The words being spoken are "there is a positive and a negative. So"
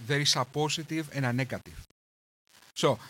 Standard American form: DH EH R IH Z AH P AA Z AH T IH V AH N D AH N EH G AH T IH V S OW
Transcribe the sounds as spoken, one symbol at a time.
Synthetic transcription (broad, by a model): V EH R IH S AH P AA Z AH T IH V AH N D AH N EH G AH T IH V S OW